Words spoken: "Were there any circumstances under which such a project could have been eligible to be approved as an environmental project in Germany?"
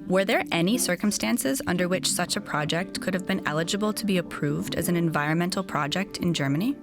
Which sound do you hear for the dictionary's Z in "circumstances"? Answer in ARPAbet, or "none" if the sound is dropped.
Z